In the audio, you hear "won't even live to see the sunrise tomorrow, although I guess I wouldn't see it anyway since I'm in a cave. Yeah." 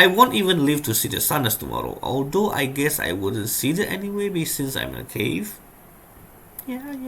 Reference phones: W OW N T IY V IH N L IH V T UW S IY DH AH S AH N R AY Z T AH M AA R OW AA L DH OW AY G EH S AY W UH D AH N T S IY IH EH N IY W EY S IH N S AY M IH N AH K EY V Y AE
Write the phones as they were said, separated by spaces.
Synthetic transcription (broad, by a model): W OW N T IY V IH N L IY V T UW S IY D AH S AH N AH S T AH M AA R OW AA L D OW AY G EH S AY W UH D AH N T S IY IH EH N IY W EY S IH N S AY M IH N AH K EY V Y